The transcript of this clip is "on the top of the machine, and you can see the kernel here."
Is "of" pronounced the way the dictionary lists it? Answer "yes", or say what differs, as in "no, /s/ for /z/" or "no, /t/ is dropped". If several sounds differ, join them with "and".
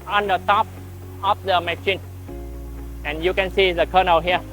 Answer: no, /f/ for /v/